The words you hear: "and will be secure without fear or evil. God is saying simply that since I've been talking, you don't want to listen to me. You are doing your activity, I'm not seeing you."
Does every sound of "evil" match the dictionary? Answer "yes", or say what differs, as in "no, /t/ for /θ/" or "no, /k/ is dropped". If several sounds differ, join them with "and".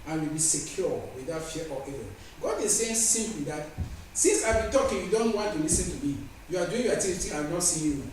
no, /v/ is dropped